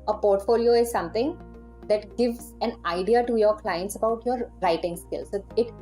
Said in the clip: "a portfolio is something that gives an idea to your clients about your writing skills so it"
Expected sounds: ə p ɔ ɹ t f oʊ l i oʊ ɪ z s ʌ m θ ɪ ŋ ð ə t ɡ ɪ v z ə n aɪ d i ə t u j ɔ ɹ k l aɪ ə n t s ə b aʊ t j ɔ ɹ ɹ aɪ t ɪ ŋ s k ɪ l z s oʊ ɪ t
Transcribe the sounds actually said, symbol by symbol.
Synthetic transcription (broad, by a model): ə p ɔ ɹ t f oʊ l i oʊ ɪ z s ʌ m t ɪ ŋ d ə t ɡ ɪ v z ə n aɪ d i ə t u j ɔ ɹ k l aɪ ə n t s ə b aʊ t j ɔ ɹ ɹ aɪ t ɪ ŋ s k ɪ l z s oʊ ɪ t